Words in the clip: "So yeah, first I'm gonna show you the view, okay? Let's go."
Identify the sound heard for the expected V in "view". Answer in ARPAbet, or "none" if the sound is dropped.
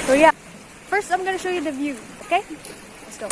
V